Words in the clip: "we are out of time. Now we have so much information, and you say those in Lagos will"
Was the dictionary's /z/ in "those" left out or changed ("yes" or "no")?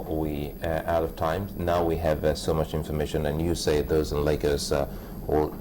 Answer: no